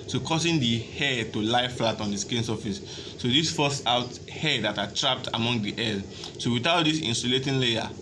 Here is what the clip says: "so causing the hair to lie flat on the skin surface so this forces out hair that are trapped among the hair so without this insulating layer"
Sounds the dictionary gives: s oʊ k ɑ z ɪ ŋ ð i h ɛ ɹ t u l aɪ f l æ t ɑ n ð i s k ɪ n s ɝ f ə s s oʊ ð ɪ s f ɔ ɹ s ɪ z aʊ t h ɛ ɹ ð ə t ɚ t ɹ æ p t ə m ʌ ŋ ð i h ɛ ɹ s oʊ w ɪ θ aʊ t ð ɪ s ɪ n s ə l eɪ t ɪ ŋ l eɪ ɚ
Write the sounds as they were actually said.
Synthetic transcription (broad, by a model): s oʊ k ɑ s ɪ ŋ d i h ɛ t u l aɪ f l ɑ t ɑ n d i s k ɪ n s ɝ f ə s s oʊ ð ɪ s f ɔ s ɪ ʊ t h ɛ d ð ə t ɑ t ɹ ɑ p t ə m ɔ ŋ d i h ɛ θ s oʊ w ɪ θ aʊ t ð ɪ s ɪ n s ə l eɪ t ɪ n l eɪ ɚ